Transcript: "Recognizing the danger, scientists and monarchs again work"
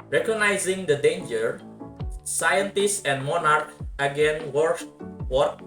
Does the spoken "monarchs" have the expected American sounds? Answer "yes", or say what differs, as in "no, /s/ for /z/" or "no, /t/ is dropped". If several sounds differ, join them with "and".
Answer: no, /s/ is dropped